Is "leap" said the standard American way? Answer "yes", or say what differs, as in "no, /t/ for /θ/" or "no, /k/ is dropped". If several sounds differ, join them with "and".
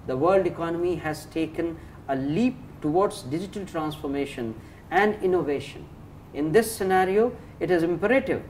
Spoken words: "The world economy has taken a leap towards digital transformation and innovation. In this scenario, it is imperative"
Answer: yes